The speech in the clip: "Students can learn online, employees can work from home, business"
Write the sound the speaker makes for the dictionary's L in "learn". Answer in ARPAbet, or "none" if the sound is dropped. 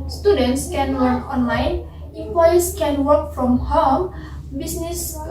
W